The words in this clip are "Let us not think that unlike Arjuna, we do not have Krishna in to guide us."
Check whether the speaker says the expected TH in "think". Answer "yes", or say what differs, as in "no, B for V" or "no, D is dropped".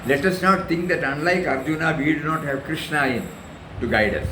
no, T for TH